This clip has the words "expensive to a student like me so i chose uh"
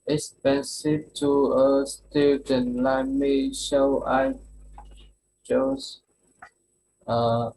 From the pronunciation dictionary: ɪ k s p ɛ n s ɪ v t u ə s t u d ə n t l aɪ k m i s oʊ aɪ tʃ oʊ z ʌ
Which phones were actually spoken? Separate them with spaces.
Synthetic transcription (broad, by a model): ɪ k s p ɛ n s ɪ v t u ə s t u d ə n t l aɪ m i ʃ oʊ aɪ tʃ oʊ s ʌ